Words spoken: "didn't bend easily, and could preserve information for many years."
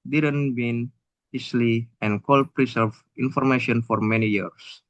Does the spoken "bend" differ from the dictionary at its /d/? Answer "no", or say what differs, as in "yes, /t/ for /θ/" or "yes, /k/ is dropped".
yes, /d/ is dropped